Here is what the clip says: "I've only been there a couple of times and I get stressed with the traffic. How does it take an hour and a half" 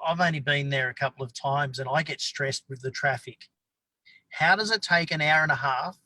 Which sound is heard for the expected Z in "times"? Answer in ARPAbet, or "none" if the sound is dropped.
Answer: Z